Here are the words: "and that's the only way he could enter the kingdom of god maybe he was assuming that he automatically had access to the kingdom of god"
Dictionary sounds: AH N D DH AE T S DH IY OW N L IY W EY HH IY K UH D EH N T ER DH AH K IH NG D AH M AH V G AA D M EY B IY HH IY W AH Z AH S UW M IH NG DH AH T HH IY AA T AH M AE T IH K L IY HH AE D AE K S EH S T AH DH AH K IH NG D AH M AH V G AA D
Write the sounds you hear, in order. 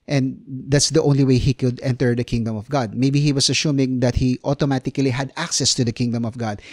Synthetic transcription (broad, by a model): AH N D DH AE T S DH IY OW N L IY W EY HH IY K UH D EH N T ER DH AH K IH NG D AH M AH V G AA D M EY B IY HH IY W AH S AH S UW M IH NG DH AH T HH IY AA T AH M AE T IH K L IY HH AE D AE K S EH S T AH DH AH K IH NG D AH M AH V G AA D